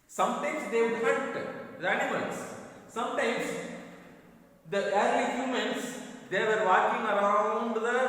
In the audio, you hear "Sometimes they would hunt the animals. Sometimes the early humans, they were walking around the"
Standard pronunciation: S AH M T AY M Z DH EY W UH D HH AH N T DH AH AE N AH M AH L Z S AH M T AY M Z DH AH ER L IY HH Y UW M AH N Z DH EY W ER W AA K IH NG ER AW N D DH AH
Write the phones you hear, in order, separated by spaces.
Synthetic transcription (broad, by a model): S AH M T AY M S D EY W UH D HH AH T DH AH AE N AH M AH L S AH M T AY M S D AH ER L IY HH Y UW M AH N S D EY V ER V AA K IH NG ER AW N D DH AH